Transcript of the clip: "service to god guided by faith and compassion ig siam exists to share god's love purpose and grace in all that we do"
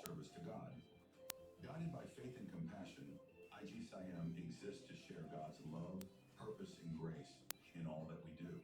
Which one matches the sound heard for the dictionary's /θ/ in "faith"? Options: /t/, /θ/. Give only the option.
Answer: /θ/